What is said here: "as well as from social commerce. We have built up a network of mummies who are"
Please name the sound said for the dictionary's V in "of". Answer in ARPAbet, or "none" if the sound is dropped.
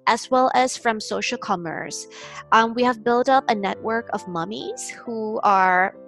V